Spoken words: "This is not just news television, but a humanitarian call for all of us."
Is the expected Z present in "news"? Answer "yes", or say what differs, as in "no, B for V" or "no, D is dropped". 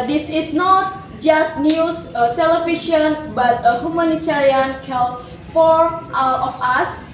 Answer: no, S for Z